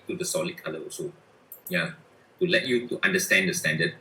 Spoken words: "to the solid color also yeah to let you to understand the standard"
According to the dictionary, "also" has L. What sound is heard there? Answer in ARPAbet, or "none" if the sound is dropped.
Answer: none